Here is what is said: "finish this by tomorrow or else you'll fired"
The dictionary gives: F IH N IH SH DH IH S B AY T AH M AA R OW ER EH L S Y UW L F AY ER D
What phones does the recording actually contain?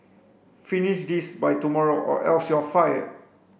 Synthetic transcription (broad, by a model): F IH N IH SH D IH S B AY T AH M AA R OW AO EH L S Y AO F AY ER